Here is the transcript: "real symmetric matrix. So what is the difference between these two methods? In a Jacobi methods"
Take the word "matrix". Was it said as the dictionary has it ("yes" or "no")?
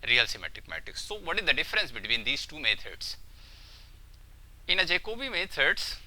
no